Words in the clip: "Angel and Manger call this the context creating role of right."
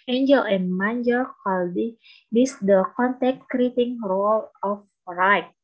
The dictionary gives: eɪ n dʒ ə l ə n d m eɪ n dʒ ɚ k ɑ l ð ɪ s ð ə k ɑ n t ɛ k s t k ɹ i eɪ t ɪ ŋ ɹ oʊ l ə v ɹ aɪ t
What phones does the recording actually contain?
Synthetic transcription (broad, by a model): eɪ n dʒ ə l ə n m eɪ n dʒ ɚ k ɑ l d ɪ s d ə k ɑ n t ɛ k t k ɹ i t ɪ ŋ ɹ oʊ l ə f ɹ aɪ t